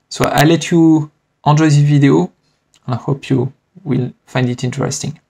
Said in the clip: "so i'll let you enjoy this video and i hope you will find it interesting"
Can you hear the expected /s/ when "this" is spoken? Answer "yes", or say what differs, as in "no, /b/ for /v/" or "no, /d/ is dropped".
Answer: no, /s/ is dropped